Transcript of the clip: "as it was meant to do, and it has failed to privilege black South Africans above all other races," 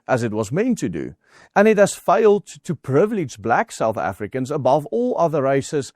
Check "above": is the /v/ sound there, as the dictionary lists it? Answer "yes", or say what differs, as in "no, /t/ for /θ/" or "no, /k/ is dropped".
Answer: yes